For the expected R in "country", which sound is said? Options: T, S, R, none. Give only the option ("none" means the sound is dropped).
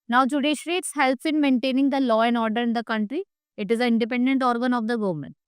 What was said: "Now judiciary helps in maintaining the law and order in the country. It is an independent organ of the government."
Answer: R